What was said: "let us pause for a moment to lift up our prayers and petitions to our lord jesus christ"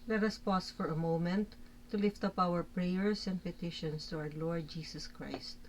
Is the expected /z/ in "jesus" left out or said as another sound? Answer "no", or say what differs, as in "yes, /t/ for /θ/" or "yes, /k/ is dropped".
yes, /s/ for /z/